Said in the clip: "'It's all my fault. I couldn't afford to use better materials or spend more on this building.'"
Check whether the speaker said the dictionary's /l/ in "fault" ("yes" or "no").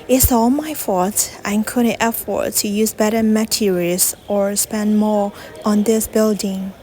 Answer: no